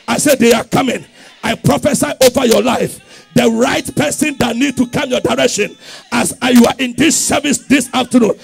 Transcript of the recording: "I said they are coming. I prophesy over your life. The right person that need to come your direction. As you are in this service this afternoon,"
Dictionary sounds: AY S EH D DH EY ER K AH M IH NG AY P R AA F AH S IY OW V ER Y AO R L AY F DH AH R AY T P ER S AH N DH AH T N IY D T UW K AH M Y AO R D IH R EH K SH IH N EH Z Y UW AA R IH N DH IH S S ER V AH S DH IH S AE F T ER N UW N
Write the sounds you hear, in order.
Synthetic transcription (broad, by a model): AY S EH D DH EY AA K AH M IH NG AY P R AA F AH S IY OW V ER Y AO L AY F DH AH R AY T P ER S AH N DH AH T N IY D T UW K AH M Y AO D IH R EH K SH IH N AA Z Y UW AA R IH N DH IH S S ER V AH S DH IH S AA F T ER N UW N